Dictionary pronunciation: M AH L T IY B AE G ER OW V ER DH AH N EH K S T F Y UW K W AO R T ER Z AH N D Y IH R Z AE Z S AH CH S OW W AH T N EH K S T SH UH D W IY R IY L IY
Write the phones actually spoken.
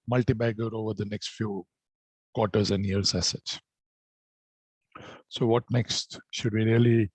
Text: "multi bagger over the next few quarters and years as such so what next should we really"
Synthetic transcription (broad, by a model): M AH L T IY B AE G ER OW V ER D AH N EH K S T F Y UW K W AO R T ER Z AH N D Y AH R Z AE S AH S S OW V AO T N EH K S T SH UH D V IY R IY L IY